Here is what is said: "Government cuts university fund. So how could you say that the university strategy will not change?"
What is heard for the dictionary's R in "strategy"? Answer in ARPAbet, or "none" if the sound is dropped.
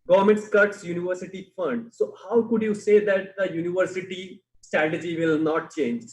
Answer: R